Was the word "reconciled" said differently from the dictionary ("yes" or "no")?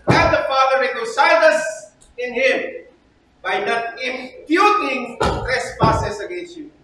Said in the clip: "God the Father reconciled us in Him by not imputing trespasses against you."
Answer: yes